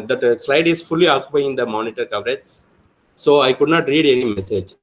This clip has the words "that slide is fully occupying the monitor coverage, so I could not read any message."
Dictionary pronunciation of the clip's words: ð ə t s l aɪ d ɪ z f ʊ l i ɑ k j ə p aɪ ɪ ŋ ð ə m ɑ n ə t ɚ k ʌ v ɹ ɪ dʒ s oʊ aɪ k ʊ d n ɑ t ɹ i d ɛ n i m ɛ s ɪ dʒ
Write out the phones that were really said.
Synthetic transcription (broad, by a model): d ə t s l aɪ d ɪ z f ʊ l i ɑ k j ə p aɪ ɪ ŋ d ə m ɑ n ə t ɚ k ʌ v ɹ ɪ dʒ s oʊ aɪ k ʊ d n ɑ t ɹ i d ɛ n i m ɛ s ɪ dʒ